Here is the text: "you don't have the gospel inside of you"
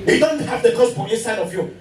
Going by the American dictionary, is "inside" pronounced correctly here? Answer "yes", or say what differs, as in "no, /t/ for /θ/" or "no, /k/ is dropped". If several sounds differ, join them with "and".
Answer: no, /n/ is dropped